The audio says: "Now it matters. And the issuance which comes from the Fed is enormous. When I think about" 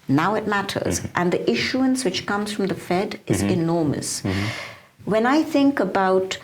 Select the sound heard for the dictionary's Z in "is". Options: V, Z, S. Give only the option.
Z